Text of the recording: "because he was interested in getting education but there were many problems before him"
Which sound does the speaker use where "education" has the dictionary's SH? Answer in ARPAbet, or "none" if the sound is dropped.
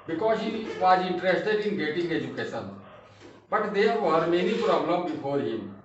S